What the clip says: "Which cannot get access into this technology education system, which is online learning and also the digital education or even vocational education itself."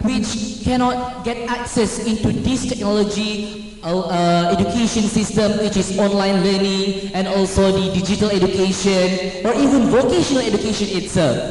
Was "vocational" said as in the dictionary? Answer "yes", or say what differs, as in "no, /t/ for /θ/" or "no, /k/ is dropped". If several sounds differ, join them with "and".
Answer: yes